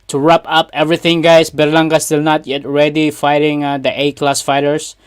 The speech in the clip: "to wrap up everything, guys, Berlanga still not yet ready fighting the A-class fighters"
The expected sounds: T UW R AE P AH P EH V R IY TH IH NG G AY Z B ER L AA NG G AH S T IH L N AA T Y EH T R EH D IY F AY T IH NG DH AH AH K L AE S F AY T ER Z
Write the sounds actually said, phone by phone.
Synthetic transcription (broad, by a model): T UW R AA P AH P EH V R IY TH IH NG G AY S B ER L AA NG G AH S T IH L N AA T Y EH T R EH D IY F AY T IH NG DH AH AH K L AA S F AY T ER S